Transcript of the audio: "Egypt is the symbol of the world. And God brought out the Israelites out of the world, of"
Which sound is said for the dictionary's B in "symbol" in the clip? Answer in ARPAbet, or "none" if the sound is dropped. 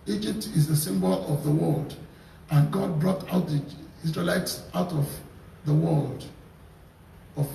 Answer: B